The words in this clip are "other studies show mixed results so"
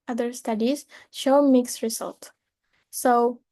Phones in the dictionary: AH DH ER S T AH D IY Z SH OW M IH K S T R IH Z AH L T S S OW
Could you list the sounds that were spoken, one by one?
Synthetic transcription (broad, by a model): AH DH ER S T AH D IY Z SH OW M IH K S R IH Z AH L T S S OW